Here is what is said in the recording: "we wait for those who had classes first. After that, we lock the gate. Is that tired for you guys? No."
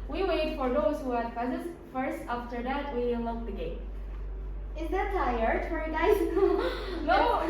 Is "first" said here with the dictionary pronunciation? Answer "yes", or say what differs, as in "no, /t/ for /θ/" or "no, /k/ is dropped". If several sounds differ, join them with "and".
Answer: yes